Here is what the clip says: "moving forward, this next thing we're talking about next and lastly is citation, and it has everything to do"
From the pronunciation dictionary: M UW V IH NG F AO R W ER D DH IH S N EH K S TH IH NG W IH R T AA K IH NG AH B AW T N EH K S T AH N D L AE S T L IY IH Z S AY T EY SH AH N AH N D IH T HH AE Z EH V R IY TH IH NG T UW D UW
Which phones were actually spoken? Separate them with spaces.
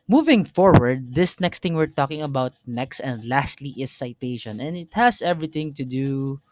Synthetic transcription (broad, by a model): M UW V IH NG F AO R W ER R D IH S N EH K S T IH NG W IH R T AA K IH NG AH B AW T N EH K S T AH N D L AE S T L IY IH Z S AY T EY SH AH N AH N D IH T HH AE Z EH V R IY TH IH NG T UW D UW